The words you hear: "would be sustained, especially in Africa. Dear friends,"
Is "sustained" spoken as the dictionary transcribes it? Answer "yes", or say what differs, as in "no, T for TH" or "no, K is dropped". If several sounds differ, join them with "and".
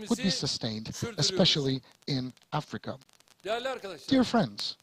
yes